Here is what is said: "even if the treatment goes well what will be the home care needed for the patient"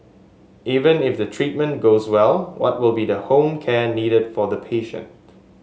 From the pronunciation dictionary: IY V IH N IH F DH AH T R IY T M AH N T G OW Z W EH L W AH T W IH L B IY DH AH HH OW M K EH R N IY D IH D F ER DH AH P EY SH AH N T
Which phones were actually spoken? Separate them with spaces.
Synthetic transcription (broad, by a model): IY V IH N IH F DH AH T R IY T M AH N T G OW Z W EH L W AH T W IH L B IY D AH HH OW M K EH N IY D IH D F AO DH AH P EY SH AH N T